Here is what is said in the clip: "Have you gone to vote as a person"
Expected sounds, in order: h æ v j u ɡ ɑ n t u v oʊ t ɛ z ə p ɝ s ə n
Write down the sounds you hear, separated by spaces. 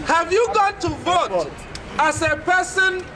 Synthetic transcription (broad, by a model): h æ v j u ɡ ɑ n t u v oʊ t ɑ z ə p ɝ s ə n